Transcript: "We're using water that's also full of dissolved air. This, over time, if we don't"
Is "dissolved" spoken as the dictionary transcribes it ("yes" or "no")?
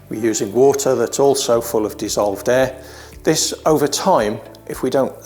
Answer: yes